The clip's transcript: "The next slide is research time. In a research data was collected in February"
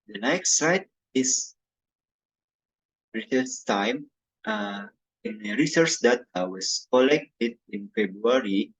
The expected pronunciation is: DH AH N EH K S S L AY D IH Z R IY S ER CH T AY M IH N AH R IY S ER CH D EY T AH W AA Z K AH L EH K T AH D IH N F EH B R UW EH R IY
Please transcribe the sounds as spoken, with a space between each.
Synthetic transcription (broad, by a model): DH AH N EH K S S AY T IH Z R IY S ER S T AY M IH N AH R IY S ER CH D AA T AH W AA S K AH L EH K T AH D IH N F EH B R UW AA R IY